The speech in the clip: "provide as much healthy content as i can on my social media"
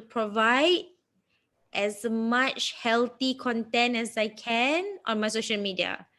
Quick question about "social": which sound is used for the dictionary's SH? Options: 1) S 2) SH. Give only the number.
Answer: 2